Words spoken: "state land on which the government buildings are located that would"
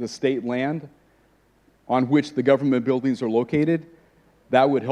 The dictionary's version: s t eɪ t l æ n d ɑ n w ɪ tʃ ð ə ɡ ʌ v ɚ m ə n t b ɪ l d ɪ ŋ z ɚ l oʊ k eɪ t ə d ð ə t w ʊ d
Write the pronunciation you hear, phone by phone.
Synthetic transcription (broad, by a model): s t eɪ t l æ n d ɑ n w ɪ tʃ ð ə ɡ ʌ v ɚ m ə n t b ɪ l d ɪ ŋ z ɚ l oʊ k eɪ t ə d ð ə t w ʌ d